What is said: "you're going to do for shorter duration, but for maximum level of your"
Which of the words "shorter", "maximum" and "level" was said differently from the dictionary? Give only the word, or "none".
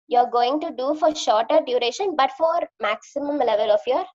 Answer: none